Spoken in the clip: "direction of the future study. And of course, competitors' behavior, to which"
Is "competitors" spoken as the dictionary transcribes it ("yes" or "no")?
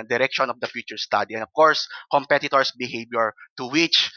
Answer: no